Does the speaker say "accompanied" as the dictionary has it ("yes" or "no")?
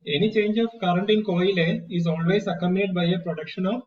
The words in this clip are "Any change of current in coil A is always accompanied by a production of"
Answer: no